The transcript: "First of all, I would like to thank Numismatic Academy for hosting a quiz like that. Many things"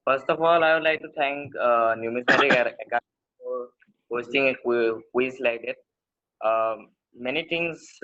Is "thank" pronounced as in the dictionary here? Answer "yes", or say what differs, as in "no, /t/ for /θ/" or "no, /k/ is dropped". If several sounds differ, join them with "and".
no, /t/ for /θ/